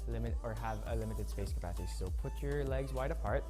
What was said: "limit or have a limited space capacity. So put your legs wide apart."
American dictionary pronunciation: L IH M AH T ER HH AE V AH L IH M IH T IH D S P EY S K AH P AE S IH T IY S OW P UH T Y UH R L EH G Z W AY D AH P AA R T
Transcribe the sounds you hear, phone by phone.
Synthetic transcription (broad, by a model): L IH M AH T ER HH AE V AH L IH M IH T IH D S P EY S K AH P AE S IH T IY S OW P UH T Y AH R L EH G Z W AY D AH P AA R T